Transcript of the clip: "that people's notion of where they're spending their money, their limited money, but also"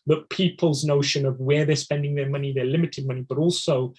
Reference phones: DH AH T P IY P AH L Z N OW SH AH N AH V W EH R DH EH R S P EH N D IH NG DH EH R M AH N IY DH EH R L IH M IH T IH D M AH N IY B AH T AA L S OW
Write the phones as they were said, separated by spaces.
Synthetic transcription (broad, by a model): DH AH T P IY P AH L Z N OW SH AH N AH V W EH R DH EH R S P EH N D IH NG DH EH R M AH N IY DH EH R L IH M IH T IH D M AH N IY B AH T AA L S OW